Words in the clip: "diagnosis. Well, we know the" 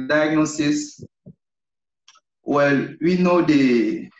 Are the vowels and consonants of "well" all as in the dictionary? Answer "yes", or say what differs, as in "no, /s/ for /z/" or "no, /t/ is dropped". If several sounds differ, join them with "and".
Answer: yes